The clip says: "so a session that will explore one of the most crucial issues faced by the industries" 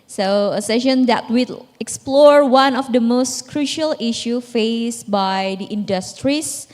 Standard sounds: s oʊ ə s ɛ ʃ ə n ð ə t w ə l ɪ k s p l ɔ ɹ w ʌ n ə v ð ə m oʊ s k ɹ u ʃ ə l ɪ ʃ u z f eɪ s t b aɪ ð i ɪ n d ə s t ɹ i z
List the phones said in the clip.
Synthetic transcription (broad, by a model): s oʊ ə s ɛ ʃ ə n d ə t w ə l ɪ k s p l ɔ ɹ w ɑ n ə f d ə m oʊ s k ɹ u ʃ ə l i ʃ u f eɪ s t b aɪ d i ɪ n d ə s t ɹ i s